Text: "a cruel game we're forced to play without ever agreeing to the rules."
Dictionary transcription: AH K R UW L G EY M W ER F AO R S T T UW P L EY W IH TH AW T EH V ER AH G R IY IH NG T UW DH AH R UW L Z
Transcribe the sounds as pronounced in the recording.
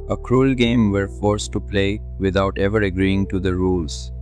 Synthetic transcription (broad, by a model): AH K R UW L G EY M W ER F AO R S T T UW P L EY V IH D AW T EH V ER AH G R IY IH NG T UW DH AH R UW L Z